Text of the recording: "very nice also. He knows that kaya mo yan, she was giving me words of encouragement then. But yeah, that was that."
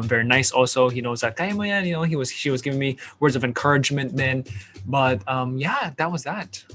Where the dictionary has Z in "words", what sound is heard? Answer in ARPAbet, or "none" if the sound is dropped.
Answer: Z